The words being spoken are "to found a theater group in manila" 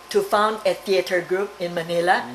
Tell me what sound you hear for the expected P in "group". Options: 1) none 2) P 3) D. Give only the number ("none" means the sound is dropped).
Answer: 2